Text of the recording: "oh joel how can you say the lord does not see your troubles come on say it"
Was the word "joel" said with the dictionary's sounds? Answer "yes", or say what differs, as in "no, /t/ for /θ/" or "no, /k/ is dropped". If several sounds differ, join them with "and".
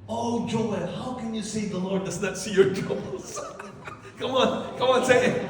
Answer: no, /n/ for /l/